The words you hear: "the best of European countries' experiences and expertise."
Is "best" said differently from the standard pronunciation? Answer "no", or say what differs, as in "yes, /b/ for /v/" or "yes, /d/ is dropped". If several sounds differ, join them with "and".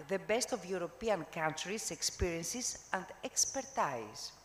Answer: no